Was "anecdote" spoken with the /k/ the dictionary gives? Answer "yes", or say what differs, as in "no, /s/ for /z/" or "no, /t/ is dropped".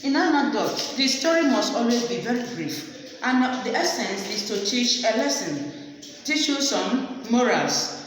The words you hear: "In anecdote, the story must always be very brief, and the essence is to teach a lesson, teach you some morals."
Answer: no, /k/ is dropped